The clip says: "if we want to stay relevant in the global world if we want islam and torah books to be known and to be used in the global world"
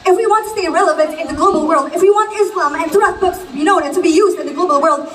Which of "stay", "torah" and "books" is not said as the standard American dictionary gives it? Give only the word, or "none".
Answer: torah